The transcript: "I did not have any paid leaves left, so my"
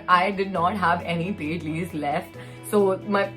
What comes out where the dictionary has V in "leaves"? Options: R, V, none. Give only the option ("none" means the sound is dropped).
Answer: none